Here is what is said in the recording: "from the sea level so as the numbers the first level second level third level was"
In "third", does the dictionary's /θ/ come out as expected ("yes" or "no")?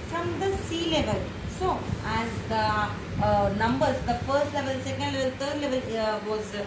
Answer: no